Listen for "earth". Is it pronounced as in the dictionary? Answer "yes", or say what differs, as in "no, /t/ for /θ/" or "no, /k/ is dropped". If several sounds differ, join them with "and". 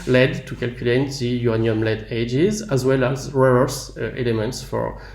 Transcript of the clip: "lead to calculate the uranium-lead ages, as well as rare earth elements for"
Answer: no, /s/ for /θ/